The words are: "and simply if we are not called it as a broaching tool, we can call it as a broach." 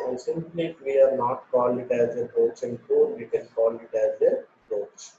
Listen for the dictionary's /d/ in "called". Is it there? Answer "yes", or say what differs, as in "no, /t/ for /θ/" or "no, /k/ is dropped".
no, /d/ is dropped